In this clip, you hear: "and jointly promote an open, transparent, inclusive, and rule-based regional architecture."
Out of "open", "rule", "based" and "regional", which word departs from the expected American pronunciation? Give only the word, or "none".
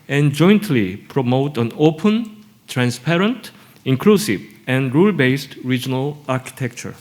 none